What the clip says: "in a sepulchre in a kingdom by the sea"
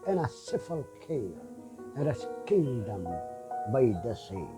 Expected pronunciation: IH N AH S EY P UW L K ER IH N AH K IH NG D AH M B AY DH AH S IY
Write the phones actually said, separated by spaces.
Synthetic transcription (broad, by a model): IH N AH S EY F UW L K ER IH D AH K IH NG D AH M B AY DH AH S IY